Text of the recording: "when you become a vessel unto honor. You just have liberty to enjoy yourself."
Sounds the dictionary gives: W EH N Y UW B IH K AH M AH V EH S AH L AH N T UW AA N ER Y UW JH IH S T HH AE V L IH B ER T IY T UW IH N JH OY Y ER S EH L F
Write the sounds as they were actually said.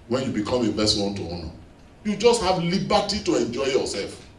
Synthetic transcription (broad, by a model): W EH N Y UW B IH K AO M AH B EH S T W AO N T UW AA N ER Y UW JH IH S T HH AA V L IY B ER T IY T UW IH N JH OY Y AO S EH L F